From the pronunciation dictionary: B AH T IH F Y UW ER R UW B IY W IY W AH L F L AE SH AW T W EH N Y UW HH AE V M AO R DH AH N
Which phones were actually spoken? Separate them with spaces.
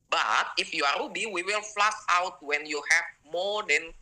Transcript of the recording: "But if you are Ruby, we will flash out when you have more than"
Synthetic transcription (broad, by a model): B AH T IH F Y UW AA R UW B IY W IY W AH L F L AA S AW T W EH N Y UW HH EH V M AO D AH N